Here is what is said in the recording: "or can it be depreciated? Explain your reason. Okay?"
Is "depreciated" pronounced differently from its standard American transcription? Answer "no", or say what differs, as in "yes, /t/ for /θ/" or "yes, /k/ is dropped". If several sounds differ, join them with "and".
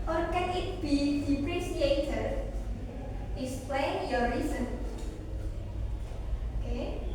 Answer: yes, /s/ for /ʃ/